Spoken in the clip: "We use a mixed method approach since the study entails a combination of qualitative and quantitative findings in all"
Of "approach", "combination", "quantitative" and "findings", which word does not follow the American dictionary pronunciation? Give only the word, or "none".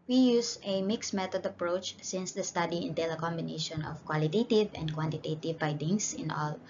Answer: findings